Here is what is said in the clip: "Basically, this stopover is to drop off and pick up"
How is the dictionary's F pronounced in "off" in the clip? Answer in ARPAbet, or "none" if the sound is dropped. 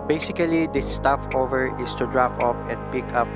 P